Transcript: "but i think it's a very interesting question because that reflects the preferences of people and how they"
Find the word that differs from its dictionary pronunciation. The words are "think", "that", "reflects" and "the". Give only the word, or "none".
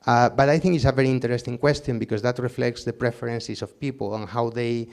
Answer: none